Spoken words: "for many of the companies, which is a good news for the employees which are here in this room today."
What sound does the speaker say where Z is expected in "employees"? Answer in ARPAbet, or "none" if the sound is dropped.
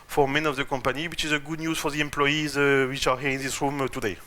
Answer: Z